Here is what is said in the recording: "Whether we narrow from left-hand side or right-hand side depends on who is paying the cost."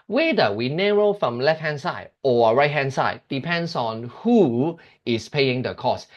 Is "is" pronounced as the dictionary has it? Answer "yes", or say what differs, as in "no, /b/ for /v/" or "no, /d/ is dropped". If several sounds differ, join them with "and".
no, /s/ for /z/